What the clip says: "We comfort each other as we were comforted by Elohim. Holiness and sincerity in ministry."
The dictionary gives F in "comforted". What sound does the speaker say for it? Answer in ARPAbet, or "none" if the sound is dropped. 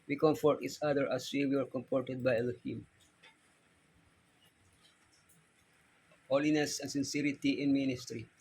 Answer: P